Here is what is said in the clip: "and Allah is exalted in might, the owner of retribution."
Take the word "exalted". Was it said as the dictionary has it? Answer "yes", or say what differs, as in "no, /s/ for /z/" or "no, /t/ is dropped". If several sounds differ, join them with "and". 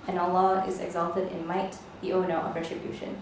yes